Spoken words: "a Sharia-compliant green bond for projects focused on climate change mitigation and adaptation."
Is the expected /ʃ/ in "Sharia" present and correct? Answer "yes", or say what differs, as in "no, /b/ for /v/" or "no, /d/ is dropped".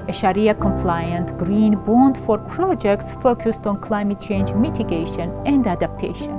yes